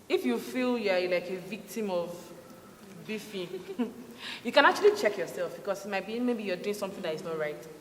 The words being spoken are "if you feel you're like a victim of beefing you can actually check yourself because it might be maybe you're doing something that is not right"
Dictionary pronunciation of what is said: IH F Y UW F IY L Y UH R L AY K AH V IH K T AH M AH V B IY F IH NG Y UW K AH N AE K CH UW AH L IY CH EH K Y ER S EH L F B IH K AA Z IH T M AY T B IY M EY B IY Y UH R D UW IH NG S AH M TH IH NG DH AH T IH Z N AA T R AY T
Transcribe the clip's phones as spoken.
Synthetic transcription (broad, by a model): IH F Y UW F IY L Y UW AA L AY K AH V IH K T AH M AH V B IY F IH Y UW K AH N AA K CH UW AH L IY CH EH K Y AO S EH L F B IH K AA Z IH T M AY T B IY M EY B IY Y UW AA D UW IH NG S AH M TH IH NG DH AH T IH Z N AA T R AY T